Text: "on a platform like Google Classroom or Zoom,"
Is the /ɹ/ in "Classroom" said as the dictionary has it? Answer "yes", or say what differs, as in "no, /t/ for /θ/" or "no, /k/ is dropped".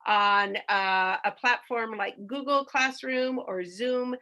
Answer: yes